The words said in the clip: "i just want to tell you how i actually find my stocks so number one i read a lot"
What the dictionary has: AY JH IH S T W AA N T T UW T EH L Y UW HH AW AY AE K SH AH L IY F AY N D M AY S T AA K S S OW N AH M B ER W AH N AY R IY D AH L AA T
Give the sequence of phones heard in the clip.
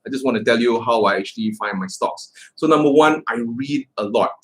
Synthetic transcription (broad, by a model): AY JH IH S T W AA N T T UW T EH L Y UW HH AW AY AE K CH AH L IY F AY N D M AY S T AA K S S OW N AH M B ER W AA N AY R IY D AH L AA T